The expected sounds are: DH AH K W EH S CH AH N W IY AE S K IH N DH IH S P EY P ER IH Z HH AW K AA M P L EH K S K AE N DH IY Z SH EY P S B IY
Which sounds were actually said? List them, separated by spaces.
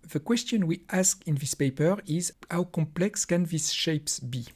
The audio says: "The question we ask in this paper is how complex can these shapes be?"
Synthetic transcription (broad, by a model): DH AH K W EH S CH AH N W IY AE S K IH N DH IH S P EY P ER IH Z HH AW K AA M P L EH K S K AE N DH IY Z SH EY P S B IY